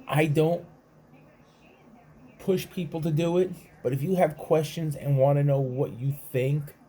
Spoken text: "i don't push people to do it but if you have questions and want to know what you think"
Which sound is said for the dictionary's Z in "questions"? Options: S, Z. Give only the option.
Z